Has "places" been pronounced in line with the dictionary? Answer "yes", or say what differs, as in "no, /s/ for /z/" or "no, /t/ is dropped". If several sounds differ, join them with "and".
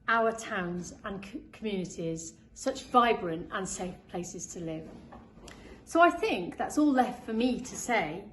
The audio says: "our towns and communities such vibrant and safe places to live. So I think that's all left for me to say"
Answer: yes